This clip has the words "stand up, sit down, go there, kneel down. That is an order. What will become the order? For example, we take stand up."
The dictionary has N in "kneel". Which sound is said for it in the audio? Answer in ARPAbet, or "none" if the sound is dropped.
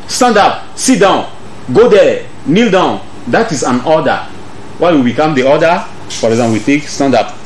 N